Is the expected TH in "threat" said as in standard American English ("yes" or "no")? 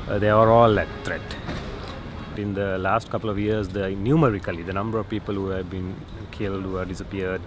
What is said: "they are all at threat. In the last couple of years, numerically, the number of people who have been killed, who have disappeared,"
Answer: no